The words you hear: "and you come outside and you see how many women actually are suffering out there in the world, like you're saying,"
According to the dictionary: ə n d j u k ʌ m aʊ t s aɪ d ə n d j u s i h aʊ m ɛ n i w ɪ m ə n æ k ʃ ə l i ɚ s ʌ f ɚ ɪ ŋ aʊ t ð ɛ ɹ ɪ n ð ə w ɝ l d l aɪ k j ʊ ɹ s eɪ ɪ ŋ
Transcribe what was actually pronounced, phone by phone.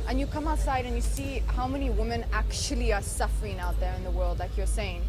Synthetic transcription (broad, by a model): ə n j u k ʌ m aʊ t s aɪ d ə n j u s i h aʊ m ɛ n i w ɪ m ə n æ k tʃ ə l i ɚ s ʌ f ɚ ɪ ŋ aʊ t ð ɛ ɹ ɪ n ð ə w ɝ l d l aɪ k j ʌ ɹ s eɪ ɪ ŋ